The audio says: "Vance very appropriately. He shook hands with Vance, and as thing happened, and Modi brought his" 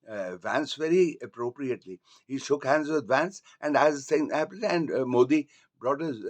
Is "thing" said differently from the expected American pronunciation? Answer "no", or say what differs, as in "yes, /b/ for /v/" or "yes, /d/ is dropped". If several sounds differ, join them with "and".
yes, /s/ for /θ/